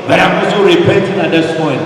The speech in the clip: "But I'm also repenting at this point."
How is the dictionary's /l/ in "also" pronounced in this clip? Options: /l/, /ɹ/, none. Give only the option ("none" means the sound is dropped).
none